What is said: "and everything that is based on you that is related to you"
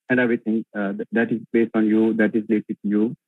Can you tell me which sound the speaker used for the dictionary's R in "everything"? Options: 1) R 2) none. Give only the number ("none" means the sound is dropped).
2